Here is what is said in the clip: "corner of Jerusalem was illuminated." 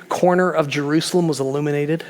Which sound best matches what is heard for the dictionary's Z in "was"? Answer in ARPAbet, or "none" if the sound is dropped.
Z